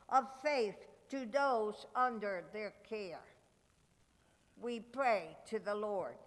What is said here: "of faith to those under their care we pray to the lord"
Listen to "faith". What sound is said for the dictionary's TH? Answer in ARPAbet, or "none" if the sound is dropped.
TH